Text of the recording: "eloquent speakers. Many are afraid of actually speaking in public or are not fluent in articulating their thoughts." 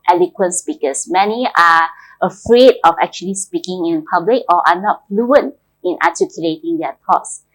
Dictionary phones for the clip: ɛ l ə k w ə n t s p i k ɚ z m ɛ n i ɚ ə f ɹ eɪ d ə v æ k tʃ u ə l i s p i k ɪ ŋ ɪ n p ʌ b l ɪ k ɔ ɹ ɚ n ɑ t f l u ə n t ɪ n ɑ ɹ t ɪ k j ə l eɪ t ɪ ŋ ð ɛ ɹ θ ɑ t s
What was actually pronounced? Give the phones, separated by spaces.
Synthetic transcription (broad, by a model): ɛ l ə k w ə n s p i k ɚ s m ɛ n i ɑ ə f ɹ eɪ d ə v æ k tʃ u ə l i s p i k ɪ ŋ ɪ n p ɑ b l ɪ k ɔ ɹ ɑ n ɑ t f l u ə n t ɪ n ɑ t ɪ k j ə l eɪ t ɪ ŋ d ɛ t ɑ t s